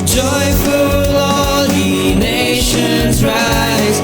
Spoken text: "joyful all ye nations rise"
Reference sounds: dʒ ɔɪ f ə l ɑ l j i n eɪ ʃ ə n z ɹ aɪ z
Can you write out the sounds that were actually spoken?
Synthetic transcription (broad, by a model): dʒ ɔɪ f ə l ɑ l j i n eɪ ʃ ə n z ɹ aɪ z